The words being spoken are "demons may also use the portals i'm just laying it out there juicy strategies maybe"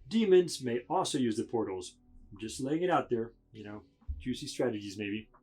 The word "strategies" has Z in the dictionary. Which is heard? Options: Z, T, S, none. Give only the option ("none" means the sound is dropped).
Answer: Z